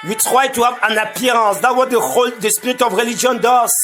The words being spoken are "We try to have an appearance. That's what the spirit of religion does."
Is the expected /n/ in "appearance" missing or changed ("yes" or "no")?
yes